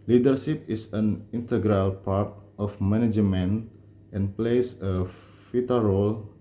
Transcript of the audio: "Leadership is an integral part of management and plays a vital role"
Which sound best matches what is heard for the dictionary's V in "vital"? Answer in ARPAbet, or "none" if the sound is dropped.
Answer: F